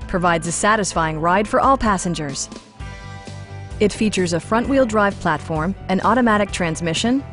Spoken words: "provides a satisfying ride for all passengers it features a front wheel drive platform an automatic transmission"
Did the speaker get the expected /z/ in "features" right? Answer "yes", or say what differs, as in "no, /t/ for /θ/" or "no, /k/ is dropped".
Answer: yes